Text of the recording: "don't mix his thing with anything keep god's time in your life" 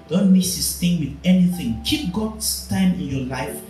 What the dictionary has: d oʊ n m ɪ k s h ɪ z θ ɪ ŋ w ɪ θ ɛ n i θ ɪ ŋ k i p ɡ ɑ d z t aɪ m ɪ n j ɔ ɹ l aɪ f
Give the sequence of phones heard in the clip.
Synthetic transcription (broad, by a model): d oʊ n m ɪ s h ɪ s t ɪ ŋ w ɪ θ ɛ n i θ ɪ ŋ k i p ɡ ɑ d s t aɪ m ɪ n j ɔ l aɪ f